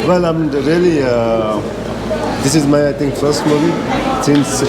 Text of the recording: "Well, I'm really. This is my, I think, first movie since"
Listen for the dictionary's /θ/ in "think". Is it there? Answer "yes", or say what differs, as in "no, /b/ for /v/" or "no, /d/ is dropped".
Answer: no, /t/ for /θ/